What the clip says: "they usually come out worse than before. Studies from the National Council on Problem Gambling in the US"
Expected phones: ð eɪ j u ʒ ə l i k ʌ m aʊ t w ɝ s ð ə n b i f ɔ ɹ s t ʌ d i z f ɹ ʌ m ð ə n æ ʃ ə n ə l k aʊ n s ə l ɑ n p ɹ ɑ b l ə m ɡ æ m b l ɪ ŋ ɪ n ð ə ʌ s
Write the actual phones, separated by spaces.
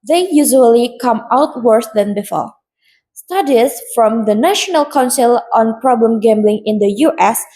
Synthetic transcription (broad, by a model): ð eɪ j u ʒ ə l i k ʌ m aʊ t w ɝ s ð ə n b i f ɔ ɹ s t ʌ d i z f ɹ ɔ m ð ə n æ ʃ ə n ə l k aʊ n s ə l ɑ n p ɹ ɑ b l ə m ɡ æ m b l ɪ ŋ ɪ n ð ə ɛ s